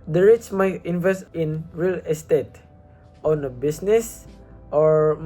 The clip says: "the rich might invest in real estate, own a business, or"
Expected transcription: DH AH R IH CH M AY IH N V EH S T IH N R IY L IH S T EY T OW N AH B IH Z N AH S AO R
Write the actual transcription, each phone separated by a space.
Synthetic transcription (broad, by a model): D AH R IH S M AY IH N V EH S T IH N R IY L IH S T EY T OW N AH B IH S N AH S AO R